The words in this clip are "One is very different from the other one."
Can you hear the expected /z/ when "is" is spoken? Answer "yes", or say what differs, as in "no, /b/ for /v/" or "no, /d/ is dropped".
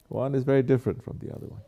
yes